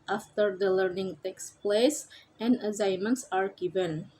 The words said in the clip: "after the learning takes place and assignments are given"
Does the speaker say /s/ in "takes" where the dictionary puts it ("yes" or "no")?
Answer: yes